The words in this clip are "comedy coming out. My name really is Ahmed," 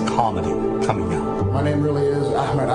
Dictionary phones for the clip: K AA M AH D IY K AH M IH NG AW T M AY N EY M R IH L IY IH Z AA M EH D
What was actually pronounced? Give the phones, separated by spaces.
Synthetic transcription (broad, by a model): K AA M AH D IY K AH M IH NG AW M AY N EY M R IH L IY IH Z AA M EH D